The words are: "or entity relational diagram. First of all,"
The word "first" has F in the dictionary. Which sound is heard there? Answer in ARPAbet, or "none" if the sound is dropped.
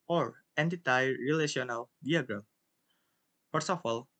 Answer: P